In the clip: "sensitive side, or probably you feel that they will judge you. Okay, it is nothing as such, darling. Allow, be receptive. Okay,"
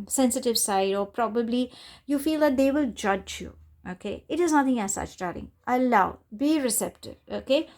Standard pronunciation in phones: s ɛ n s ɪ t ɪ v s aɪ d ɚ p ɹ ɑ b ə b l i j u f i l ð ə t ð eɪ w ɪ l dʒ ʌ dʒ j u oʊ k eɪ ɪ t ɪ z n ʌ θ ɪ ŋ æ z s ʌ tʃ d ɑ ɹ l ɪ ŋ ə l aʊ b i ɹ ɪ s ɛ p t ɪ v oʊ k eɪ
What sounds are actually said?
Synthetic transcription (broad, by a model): s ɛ n s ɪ t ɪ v s aɪ d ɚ p ɹ ɑ b ə b l i j u f i l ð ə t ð eɪ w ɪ l dʒ ʌ dʒ j u oʊ k eɪ ɪ t ɪ z n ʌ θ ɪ ŋ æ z s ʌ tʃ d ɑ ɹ ɪ ŋ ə l aʊ b i ɹ ɪ s ɛ p t ɪ v oʊ k eɪ